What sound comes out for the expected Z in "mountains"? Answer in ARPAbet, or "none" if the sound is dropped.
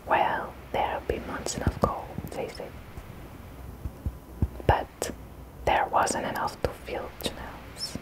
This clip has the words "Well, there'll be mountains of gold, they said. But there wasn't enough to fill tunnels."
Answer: none